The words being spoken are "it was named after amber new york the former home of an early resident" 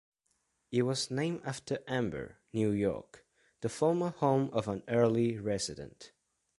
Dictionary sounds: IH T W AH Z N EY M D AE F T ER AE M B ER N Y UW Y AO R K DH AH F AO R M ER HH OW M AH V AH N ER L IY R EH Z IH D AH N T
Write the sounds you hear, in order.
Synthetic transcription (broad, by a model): IH T W AH Z N EY M AE F T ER AE M B ER N Y UW Y AO R K DH AH F AO R M ER HH OW M AH V AH N ER L IY R EH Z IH D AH N T